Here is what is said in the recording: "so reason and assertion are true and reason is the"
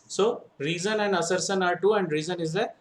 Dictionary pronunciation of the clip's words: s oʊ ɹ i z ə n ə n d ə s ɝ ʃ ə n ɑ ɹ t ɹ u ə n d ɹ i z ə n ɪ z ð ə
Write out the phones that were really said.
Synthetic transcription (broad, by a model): s oʊ ɹ i z ə n ə n d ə s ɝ s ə n ɑ ɹ t u ə n d ɹ i z ə n ɪ z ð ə